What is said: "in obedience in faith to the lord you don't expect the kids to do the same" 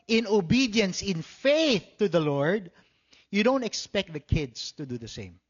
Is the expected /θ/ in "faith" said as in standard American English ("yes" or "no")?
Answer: yes